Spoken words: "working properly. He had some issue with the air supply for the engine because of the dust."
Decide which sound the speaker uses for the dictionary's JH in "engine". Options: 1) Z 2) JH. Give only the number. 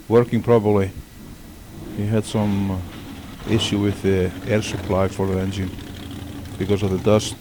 2